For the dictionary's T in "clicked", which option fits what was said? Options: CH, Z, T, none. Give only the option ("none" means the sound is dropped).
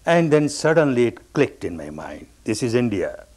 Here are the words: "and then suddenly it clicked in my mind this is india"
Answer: T